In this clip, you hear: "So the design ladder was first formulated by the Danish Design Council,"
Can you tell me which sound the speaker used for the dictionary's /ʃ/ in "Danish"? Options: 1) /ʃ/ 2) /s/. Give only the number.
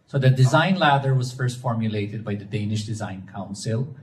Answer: 1